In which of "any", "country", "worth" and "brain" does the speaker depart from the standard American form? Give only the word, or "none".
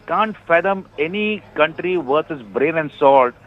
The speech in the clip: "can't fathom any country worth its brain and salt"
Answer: worth